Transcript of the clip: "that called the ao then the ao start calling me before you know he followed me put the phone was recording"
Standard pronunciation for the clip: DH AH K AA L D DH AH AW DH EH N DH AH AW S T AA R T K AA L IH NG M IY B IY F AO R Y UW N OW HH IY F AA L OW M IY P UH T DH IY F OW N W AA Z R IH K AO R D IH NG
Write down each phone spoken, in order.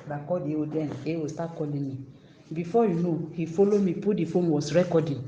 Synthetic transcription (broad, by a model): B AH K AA D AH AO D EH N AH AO S T AA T K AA L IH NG M IY B IY F AO Y UW N OW HH IY F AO L OW M IY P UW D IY F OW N W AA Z R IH K AO D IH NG